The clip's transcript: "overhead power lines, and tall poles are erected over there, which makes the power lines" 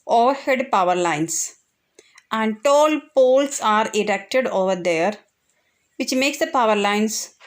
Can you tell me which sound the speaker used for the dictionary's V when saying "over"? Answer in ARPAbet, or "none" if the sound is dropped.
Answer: V